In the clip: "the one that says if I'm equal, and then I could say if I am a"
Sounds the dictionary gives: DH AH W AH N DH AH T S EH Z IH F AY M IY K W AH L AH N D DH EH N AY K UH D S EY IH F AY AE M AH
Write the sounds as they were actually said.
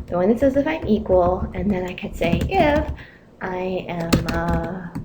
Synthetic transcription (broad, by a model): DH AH W AH N DH AH T S EH Z IH F AY M IY K W AH L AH N DH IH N AY K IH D S EY IH F AY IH M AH